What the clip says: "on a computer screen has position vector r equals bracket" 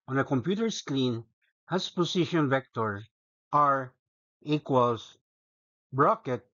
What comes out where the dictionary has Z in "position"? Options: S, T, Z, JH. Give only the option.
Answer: S